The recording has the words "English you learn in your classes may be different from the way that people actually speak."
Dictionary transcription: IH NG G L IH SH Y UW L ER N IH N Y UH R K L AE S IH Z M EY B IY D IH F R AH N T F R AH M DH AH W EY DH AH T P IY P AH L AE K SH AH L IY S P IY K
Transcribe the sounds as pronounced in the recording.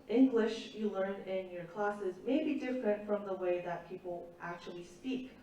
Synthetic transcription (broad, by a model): IH NG G L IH SH Y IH L ER N IH N Y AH R K L AE S IH Z M EY B IY D IH F R AH N T F R AH M DH AH W EY DH AH T P IY P L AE K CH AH L IY S P IY K